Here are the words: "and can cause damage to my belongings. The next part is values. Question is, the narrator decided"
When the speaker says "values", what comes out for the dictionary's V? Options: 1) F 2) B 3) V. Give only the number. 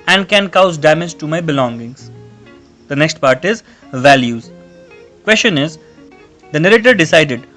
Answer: 3